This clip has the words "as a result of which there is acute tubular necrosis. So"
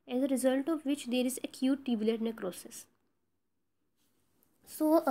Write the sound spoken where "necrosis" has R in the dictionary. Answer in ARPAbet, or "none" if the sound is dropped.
R